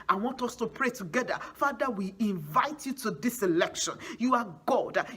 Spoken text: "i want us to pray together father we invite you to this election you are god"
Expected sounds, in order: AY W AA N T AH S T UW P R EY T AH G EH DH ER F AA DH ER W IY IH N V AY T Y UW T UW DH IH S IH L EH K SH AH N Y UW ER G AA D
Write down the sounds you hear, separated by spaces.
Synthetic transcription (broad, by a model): AY W AA N T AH S T UW P R EY T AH G EH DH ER F AA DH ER W IY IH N V AY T Y UW T UW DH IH S IH L EH K SH AH N Y UW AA G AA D